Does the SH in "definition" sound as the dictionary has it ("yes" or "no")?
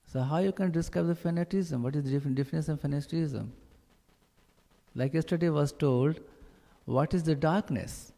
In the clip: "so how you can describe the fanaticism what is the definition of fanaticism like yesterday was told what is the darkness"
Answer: no